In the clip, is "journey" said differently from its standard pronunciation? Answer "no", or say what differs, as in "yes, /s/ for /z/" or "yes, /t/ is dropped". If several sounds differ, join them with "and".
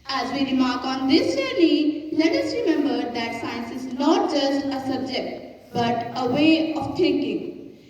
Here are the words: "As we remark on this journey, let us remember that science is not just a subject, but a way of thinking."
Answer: yes, /l/ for /n/